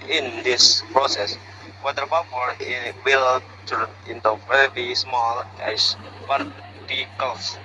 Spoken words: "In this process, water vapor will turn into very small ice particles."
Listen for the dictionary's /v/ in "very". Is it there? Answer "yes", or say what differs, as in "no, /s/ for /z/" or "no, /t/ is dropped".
no, /p/ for /v/